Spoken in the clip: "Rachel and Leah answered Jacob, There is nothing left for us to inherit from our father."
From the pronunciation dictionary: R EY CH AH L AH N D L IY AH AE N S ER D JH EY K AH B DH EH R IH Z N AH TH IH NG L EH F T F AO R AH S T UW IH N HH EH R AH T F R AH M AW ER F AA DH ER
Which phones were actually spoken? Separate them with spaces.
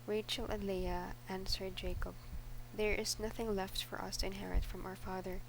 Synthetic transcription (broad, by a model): R EY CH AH L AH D L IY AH AE N S ER D JH EY K AH B DH EH R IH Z N AH TH IH NG L EH F T F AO R AH S T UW IH N HH EH R AH T F R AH M AW ER F AA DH ER